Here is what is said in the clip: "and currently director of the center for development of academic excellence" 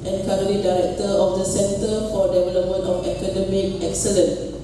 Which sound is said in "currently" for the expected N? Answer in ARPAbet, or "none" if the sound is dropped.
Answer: none